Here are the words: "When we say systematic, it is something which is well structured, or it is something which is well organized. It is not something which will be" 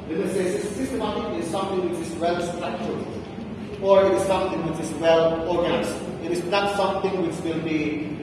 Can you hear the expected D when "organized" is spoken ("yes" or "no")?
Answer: no